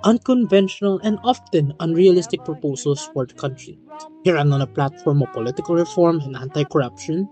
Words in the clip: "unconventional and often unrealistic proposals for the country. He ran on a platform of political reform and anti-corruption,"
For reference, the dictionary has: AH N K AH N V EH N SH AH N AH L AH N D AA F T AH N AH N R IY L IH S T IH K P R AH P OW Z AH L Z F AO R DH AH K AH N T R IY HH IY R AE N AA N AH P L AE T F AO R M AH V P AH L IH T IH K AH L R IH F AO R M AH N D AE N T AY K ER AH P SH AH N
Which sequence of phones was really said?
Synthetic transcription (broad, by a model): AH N K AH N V EH N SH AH N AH L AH N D AA F T AH N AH N R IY L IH S T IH K P R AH P OW S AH L S F AO R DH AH K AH N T R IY HH IY R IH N AA N AH P L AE T F AO R M AH V P AH L IH T IH K AH L R IH F AO R M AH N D AE N T AY K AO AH P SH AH N